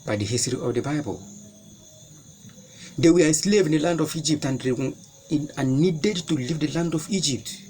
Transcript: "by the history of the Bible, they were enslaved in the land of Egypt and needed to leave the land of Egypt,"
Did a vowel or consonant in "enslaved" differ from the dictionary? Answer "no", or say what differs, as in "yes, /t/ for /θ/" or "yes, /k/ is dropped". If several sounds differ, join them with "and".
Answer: yes, /n/ is dropped and /d/ is dropped